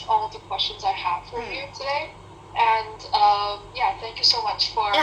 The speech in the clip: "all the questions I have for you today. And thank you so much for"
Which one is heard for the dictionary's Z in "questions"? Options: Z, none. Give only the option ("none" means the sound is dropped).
Z